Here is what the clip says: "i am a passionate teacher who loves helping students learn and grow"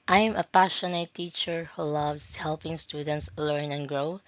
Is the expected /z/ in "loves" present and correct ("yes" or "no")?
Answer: no